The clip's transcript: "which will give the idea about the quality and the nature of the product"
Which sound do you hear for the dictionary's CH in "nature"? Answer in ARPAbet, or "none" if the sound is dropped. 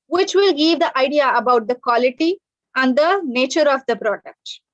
CH